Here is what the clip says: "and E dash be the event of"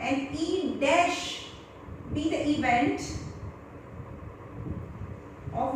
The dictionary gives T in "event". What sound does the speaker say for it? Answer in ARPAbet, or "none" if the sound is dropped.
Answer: T